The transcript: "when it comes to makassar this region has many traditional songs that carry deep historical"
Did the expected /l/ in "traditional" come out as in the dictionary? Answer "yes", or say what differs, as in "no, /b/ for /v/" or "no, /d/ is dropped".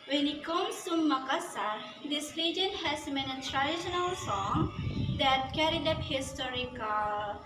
yes